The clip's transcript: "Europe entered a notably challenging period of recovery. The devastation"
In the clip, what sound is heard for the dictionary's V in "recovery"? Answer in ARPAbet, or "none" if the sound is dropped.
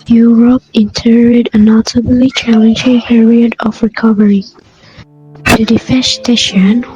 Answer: V